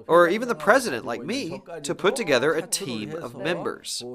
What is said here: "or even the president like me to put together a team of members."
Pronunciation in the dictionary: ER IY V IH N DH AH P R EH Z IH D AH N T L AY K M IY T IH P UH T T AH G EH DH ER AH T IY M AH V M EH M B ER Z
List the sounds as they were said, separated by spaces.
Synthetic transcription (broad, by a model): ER IY V IH N DH AH P R EH Z IH D AH N T L AY K M IY T IH P UH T T AH G EH DH ER AH T IY M AH V M EH M B ER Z